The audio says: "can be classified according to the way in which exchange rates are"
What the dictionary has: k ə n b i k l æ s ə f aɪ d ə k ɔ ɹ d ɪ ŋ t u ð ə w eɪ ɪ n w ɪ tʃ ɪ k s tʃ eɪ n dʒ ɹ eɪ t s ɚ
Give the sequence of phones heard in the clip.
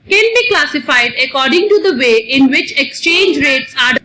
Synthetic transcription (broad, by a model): k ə n b i k l æ s ə f aɪ d ə k ɔ ɹ d ɪ ŋ t u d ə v eɪ ɪ n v ɪ tʃ ɪ k s tʃ eɪ n dʒ ɹ eɪ t s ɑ